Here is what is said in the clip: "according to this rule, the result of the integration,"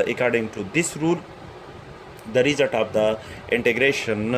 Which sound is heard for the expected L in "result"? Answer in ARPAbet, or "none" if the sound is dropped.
none